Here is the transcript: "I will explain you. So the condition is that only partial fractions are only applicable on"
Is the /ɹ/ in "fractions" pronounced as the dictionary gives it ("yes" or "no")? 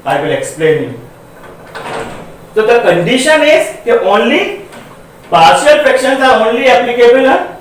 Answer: no